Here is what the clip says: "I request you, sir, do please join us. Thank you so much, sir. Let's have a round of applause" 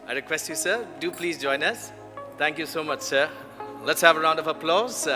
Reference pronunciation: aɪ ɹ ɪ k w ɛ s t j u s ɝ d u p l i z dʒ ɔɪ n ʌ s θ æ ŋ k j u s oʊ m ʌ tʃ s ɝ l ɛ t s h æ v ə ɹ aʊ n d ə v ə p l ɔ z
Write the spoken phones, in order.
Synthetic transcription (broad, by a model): aɪ ɹ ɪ k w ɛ s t j u s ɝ d u p l i z dʒ ɔɪ n ʌ s t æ ŋ k j u s oʊ m ʌ tʃ s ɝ l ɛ t s h æ v ə ɹ aʊ n d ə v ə p l ɔ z